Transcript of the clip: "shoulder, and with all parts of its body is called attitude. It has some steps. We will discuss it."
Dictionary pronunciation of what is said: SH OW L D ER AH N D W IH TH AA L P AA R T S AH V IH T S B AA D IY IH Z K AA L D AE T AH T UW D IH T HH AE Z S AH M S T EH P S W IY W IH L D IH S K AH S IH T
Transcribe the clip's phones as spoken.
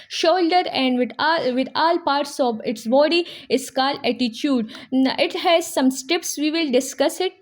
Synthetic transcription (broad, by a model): SH OW L D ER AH N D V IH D AA L P AA R T S AH V IH T S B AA D IY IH S K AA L AE T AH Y UW D IH T HH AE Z S AH M S T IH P S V IY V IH L D IH S K AH S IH T